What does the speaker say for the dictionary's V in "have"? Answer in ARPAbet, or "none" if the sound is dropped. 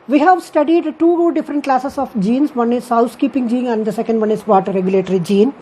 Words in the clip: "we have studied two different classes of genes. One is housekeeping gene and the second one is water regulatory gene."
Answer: V